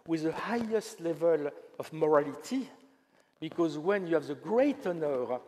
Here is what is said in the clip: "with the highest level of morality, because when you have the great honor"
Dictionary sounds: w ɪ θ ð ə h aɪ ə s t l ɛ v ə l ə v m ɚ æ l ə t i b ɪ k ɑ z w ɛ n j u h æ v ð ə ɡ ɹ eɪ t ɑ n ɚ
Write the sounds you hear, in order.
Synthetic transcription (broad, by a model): w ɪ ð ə h aɪ ə s t l ɛ v ə l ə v m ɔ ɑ l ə t i b ɪ k ɑ z w ɛ n j u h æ v ð ə ɡ ɹ eɪ t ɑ n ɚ